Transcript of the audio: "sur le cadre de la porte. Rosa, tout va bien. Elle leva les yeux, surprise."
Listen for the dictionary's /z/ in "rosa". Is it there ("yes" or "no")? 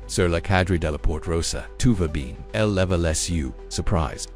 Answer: no